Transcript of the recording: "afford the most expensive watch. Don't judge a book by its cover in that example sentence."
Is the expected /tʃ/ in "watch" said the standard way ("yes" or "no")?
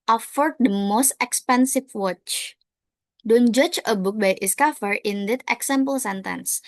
yes